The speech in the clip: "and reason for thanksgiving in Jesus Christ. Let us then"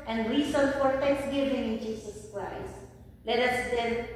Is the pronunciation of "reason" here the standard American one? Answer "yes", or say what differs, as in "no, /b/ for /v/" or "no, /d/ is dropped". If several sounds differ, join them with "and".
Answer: no, /s/ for /z/